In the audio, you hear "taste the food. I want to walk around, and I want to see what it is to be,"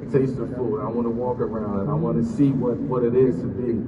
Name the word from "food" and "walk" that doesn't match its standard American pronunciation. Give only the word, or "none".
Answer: food